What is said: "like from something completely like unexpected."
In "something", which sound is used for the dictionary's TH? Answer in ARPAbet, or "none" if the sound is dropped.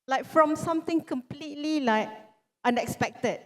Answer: T